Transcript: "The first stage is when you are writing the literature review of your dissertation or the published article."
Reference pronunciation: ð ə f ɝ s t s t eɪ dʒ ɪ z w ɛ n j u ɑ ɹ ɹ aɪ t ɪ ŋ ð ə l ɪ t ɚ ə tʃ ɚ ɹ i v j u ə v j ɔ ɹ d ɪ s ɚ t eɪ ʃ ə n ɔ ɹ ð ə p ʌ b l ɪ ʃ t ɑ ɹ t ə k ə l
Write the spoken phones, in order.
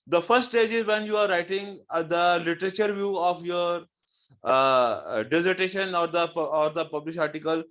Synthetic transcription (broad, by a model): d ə f ɝ s t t eɪ dʒ ɪ z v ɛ n j u ɑ ɹ ɹ aɪ t ɪ ŋ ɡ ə l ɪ t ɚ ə tʃ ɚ ɹ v j u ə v j ɔ ɹ d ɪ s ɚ t eɪ ʃ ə n ɔ ɹ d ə p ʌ b l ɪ ʃ ɑ ɹ t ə k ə l